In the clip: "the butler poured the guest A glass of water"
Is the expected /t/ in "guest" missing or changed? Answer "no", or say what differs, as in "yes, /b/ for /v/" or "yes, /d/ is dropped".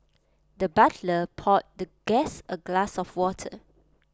yes, /t/ is dropped